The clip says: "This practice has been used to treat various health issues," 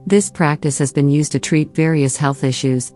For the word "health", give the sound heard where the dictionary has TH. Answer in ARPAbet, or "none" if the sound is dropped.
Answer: TH